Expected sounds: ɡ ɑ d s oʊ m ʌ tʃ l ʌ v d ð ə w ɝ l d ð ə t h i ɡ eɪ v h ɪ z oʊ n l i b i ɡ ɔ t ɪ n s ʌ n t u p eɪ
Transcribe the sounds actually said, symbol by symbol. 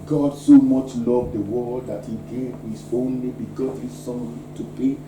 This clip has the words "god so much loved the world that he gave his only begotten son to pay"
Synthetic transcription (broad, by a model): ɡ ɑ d s oʊ m ʌ tʃ l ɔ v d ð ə w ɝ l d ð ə t h i ɡ eɪ v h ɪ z oʊ n l i b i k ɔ s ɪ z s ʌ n t u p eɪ